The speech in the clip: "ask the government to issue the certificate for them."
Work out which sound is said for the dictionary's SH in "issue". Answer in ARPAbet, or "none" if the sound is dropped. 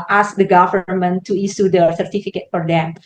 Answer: S